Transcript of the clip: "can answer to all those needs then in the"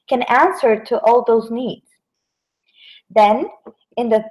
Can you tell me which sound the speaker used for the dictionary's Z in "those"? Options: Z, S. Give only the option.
Z